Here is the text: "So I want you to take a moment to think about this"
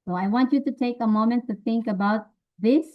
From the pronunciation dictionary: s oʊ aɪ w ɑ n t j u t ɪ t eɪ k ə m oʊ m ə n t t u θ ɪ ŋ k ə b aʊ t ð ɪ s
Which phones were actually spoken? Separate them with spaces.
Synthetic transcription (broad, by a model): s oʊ aɪ w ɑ n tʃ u t ɪ t eɪ k ə m oʊ m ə n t t u θ ɪ ŋ k ə b aʊ t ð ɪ s